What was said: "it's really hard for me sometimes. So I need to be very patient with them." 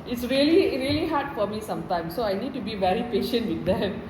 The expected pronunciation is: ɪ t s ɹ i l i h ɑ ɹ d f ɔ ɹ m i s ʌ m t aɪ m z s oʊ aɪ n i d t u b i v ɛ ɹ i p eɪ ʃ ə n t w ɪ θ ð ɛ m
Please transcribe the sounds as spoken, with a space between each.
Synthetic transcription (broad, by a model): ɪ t s ɹ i l i h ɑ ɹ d f ɔ ɹ m i s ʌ m t aɪ m s oʊ aɪ n i d t u b i v ɛ ɹ i p eɪ ʃ ə n t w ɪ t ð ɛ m